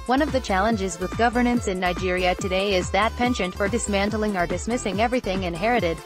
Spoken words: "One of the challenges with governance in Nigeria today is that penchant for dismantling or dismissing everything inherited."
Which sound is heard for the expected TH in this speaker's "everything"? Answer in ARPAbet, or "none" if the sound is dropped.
TH